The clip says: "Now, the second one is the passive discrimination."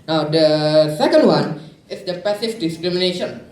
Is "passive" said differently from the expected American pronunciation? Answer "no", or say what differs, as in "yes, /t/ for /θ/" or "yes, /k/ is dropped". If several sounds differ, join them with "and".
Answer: yes, /f/ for /v/